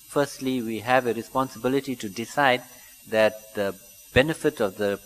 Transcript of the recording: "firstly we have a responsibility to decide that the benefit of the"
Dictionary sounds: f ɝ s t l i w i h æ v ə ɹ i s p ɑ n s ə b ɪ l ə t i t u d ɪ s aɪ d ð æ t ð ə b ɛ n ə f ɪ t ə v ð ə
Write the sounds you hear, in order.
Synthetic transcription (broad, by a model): f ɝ s t l i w i h æ v ə ɹ i s p ɑ n s ə b ɪ l ə t i t u d ɪ s aɪ d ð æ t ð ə b ɛ n ə f ɪ t ə v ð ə